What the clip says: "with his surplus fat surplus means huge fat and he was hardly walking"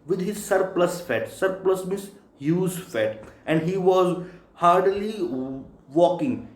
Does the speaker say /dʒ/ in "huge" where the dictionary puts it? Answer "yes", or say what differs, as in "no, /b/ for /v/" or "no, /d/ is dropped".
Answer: no, /z/ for /dʒ/